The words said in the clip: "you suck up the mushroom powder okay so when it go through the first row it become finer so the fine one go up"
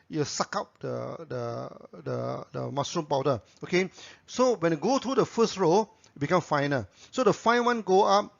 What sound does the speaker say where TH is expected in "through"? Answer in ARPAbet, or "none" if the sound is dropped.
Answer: T